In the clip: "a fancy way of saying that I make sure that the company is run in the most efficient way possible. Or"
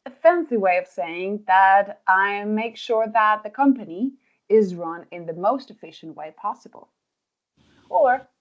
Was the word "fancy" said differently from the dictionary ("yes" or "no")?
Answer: no